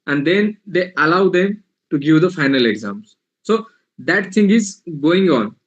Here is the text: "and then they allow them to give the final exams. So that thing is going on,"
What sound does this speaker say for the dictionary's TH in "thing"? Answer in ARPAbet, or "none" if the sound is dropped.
T